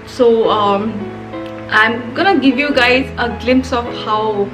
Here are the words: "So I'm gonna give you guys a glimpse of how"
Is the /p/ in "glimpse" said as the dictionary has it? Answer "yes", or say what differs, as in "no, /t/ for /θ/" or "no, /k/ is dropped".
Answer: yes